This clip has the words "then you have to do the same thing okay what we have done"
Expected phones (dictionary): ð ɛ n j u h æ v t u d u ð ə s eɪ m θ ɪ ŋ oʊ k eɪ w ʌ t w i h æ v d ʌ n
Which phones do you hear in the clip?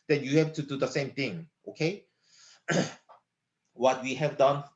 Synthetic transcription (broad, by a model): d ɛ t j u h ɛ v t u d u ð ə s eɪ m t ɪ ŋ oʊ k eɪ w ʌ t w i h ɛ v d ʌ n